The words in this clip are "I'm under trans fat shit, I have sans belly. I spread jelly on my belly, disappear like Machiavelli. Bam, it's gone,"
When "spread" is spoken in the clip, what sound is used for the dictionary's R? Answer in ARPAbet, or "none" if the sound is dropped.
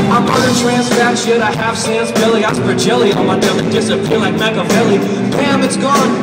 none